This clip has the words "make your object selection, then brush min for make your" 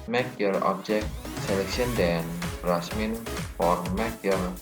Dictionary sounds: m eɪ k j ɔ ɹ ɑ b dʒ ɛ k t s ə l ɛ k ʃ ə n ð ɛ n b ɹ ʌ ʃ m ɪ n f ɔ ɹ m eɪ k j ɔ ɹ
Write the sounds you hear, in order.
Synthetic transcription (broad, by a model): m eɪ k j ɔ ɹ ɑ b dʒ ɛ k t s ə l ɛ k ʃ ə n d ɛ n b ɹ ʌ s m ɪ n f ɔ ɹ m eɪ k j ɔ ɹ